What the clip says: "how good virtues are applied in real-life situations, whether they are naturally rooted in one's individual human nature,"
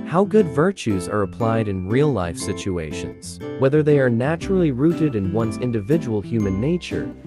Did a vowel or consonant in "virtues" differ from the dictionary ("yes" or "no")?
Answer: no